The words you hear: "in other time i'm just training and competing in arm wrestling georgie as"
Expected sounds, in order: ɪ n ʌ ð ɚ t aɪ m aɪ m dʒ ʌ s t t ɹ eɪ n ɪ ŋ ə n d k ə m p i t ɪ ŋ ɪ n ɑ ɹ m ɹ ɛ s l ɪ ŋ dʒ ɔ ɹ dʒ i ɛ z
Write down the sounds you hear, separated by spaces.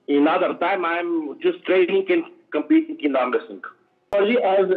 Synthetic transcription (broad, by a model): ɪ n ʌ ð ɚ t aɪ m aɪ m dʒ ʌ s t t ɹ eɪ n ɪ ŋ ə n k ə m p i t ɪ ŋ ɪ n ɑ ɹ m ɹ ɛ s ɪ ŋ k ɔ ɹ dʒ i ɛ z